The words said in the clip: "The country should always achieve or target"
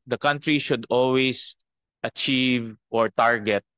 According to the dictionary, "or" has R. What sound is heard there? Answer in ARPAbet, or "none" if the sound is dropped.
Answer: R